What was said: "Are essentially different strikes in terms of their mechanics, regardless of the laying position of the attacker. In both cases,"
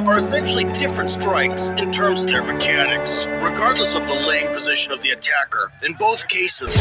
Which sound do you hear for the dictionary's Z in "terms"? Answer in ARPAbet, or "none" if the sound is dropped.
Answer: Z